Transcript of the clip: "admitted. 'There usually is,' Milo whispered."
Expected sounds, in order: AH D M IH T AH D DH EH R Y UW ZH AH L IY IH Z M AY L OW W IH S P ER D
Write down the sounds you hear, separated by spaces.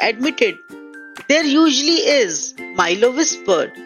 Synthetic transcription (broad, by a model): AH D M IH T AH D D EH R Y UW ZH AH L IY IH Z M AY L OW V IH S P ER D